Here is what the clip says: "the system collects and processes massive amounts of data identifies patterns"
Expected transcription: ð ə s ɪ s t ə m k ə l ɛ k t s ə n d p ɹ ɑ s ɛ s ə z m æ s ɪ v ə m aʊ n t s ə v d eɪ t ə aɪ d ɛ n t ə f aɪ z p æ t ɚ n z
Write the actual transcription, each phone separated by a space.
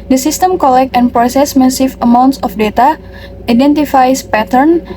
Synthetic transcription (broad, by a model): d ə s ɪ s t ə m k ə l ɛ k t ə n p ɹ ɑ s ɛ s m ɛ s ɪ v ə m aʊ n t s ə f d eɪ t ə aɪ d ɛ n t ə f aɪ s p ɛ t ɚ n